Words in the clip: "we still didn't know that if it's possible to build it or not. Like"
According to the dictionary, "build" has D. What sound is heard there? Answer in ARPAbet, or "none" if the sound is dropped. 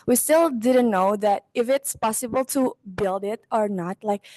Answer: D